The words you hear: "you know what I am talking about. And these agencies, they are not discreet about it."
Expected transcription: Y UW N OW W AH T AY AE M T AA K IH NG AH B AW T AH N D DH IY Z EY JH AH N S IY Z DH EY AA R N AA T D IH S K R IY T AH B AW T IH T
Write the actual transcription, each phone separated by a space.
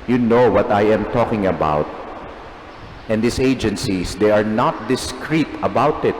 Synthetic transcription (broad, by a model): Y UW N OW W AH T AY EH M T AA K IH NG AH B AW T AH N D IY S EY JH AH N S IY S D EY AA R N AA T D IH S K R IY T AH B AW T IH T